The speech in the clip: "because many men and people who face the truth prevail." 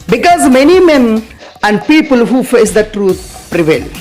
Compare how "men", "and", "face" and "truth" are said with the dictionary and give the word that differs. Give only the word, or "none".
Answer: truth